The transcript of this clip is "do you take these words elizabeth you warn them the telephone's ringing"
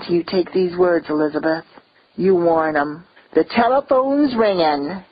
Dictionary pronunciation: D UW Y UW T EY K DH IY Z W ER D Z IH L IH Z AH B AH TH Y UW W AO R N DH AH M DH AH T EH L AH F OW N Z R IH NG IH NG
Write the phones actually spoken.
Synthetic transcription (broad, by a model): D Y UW T EY K DH IY Z W ER D Z IH L IH Z AH B AH TH Y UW W AO R N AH M DH AH T EH L AH F OW N Z R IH NG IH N